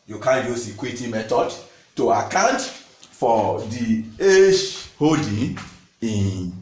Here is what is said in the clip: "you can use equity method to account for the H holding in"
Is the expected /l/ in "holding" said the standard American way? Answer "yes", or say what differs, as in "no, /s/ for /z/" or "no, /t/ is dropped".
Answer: no, /l/ is dropped